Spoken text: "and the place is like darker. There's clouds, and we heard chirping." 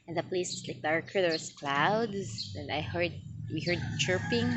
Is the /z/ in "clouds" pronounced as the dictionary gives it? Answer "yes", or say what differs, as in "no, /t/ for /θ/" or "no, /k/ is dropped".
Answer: no, /s/ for /z/